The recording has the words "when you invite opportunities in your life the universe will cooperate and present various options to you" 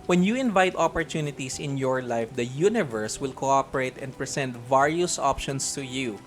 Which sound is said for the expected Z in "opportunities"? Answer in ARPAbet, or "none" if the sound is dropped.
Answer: S